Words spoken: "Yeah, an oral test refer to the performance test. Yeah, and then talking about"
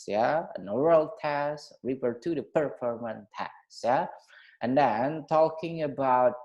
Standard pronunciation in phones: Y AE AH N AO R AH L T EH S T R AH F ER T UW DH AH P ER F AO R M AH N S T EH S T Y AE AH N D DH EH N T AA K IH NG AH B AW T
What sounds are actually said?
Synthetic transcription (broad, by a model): Y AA AH N AO R AH L T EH S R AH P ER T UW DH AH P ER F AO R M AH N T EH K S Y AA AH N D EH N T AA K IH NG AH B AW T